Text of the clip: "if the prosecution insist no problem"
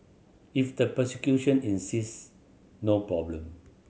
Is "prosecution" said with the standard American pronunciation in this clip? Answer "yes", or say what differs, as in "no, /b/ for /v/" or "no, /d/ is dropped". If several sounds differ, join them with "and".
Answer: no, /ɹ/ is dropped